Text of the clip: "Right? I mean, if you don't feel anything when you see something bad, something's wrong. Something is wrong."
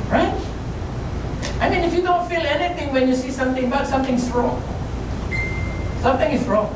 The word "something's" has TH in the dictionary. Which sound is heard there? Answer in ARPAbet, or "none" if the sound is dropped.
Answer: T